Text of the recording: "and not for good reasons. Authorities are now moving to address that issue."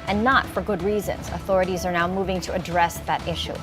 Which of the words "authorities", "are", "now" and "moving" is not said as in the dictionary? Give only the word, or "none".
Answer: none